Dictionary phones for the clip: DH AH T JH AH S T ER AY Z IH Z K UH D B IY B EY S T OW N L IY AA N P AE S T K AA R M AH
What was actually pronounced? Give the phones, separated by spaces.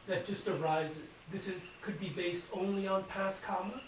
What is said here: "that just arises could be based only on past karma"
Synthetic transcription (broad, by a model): DH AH T JH AH S T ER AY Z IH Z K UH D B IY B EY S T OW N L IY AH N P AE S K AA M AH